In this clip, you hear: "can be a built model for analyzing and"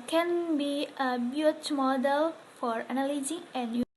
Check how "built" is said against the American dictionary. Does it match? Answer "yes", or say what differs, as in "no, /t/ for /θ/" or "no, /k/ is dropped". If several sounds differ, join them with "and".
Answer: no, /l/ is dropped